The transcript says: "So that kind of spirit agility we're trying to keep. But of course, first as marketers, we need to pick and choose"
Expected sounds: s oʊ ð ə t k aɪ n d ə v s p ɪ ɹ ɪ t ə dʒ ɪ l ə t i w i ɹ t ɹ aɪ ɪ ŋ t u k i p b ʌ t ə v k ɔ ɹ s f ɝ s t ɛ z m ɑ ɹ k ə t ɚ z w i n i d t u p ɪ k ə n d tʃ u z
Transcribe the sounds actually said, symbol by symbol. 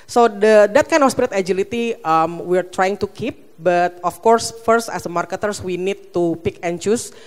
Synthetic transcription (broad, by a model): s oʊ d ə t k aɪ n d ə f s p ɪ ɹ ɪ t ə dʒ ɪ l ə t i w i ɹ t ɹ aɪ ɪ ŋ t u k i p b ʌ t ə f k ɔ ɹ s f ɝ s t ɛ s m ɑ ɹ k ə t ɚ s w i n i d t u p ɪ k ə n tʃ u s